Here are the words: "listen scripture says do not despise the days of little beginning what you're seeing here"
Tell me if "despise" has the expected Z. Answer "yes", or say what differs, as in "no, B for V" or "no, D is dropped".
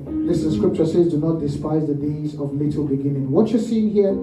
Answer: yes